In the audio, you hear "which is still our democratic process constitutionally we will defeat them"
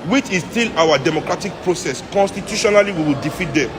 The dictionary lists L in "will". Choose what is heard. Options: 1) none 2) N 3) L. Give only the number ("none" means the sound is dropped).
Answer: 3